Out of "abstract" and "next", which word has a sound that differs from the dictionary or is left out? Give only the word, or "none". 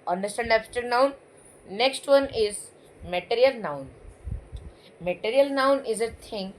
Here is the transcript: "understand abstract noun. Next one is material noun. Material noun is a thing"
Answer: abstract